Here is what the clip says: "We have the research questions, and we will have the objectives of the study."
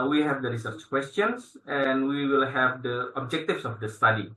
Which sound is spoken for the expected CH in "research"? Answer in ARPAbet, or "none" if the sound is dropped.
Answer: CH